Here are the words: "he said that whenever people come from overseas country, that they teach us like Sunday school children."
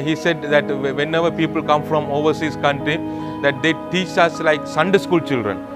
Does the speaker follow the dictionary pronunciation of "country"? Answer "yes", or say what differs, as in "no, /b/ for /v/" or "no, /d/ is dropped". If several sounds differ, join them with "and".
yes